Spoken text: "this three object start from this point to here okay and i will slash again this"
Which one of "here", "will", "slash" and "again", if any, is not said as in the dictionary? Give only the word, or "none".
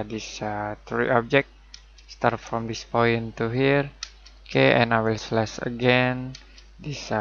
slash